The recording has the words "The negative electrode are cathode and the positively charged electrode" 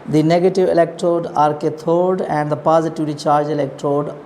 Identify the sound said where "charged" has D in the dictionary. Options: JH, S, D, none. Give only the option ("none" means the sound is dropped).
none